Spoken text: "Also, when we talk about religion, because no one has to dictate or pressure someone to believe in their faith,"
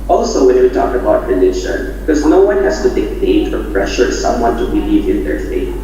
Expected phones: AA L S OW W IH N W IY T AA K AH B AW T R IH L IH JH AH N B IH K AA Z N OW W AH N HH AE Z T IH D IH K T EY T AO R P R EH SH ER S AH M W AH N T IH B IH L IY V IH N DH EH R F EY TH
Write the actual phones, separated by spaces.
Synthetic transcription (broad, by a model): AA L S OW W IH N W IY T AA K AH B AW T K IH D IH SH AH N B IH K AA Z N OW W AH N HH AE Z T IH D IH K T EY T AO R P R EH SH ER S AH M W AH N T IH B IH L IY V IH N DH EH R F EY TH